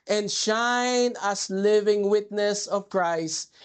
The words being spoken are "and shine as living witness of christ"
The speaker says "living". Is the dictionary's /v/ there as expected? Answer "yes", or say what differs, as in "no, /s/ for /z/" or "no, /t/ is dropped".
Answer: yes